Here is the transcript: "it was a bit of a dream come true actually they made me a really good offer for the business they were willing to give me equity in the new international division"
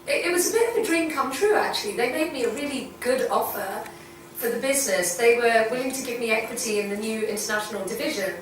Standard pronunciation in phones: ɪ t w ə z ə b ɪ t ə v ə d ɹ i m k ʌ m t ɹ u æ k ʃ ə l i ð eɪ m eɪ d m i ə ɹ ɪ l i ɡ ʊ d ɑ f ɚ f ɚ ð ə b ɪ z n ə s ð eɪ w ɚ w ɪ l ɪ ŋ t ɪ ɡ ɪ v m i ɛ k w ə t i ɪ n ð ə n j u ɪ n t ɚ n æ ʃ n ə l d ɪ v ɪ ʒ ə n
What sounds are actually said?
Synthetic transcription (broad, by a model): ɪ t w ə z ə b ɪ t ə v ə d ɹ i m k ʌ m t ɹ u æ k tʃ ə l i ð eɪ m eɪ d m i ə ɹ ɪ l i ɡ ʊ d ɑ f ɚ f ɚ ð ə b ɪ z n ə s ð eɪ w ɚ w ɪ l ɪ ŋ t ɪ ɡ ɪ v m i ɛ k w ə t i ɪ n ð ə n j u ɪ n t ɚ n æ ʃ n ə l d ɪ v ɪ ʒ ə n